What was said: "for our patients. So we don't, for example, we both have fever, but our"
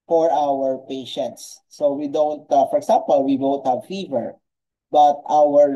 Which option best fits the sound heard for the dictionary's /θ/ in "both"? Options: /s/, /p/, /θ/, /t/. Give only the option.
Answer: /t/